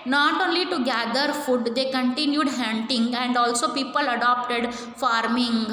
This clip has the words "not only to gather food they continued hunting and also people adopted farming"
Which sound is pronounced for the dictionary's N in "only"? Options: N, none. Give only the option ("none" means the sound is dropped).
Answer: N